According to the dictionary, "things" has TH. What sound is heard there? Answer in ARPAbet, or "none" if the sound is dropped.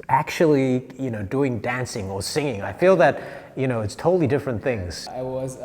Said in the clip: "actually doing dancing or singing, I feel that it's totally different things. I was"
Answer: TH